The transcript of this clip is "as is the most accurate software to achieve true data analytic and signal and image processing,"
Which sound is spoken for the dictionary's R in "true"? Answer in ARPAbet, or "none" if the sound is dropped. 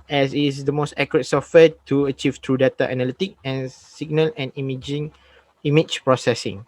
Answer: R